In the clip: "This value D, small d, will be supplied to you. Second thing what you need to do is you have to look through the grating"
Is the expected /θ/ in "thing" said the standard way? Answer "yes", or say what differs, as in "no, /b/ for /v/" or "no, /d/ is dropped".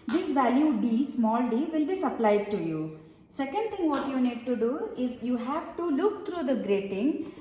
no, /t/ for /θ/